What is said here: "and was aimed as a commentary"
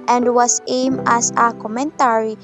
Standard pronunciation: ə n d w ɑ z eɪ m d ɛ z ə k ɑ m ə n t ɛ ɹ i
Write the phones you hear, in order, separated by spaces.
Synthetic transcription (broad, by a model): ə n d w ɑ s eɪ m ɛ s ə k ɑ m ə n t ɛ ɹ i